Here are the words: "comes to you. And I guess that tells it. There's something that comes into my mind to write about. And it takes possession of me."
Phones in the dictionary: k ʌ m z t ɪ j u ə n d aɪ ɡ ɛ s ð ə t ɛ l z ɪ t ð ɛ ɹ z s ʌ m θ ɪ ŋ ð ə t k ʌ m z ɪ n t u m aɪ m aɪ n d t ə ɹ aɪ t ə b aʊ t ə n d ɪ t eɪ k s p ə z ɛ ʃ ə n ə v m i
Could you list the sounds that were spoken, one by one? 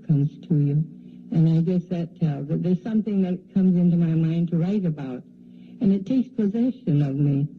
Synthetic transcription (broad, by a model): k ʌ m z t ɪ j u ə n aɪ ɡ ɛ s ð ə t ɛ l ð ɪ t ð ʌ ɹ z s ʌ m θ ɪ ŋ ð ə t k ʌ m z ɪ n t u m aɪ m aɪ n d t ə ɹ aɪ t ə b aʊ t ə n ɪ t eɪ k s p ə z ɛ ʃ ə n ə v m i